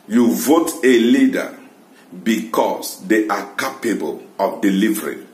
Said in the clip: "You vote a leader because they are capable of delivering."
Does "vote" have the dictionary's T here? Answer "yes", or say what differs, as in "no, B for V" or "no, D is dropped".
yes